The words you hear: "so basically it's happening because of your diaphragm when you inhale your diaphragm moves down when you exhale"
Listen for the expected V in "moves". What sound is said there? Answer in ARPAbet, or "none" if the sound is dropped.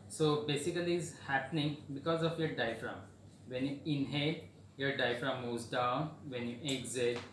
none